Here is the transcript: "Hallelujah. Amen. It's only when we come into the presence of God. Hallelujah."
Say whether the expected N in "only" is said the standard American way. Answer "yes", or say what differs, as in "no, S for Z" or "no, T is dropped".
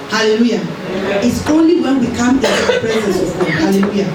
yes